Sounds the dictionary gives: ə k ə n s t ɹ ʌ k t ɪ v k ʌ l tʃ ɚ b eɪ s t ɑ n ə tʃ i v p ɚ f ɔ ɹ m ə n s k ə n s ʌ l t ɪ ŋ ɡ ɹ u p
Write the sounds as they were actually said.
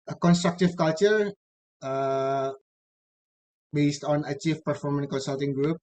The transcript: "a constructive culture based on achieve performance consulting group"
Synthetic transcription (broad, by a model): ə k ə n s t ɹ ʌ k t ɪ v k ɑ l tʃ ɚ b eɪ s t ɑ n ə tʃ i f p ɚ f ɔ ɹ m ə n k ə n s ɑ l t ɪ ŋ ɡ ɹ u p